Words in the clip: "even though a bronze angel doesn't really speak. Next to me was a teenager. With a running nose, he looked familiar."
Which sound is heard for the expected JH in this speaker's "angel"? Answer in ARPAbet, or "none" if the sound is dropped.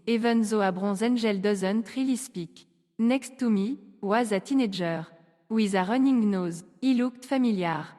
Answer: ZH